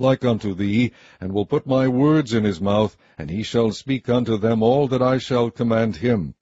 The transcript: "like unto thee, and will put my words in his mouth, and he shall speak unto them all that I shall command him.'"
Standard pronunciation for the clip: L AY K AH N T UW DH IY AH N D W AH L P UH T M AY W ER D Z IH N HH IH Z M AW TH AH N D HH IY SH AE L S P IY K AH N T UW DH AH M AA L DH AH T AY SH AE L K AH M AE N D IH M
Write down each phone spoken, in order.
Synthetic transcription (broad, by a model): L AY K AH N T UW DH IY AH N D W AH L P UH T M AY W ER D Z IH N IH Z M AW TH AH N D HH IY SH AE L S P IY K AH N T UW DH AH M AA L DH AH T AY SH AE L K AH M AE N D IH M